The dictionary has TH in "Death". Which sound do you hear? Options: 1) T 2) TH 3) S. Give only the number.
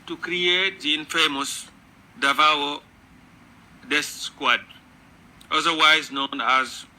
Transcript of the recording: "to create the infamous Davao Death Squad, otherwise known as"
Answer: 3